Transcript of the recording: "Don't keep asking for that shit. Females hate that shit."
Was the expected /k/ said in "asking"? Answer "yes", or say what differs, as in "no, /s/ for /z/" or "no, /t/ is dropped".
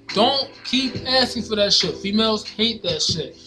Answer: no, /k/ is dropped